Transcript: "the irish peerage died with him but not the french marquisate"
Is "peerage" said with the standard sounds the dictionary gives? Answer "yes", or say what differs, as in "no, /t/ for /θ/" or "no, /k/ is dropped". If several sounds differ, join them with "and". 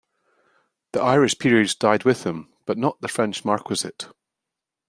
no, /z/ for /dʒ/